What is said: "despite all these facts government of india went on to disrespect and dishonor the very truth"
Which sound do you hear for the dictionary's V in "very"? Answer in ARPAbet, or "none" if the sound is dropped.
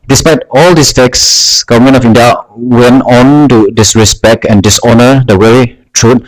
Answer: W